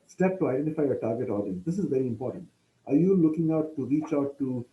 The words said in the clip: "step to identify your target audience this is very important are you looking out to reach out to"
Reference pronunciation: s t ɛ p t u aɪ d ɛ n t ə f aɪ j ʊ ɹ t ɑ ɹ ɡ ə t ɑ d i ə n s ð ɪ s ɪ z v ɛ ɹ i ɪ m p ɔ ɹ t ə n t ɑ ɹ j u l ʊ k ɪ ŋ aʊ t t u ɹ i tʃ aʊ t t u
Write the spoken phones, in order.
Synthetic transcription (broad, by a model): s t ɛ p t u aɪ d ɛ n t ə f aɪ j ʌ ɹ t ɑ ɹ ɡ ə t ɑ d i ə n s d ɪ s ɪ z v ɛ ɹ i ɪ m p ɔ ɹ t ə n t ɑ ɹ j u l ʊ k ɪ ŋ aʊ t t u ɹ i tʃ aʊ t t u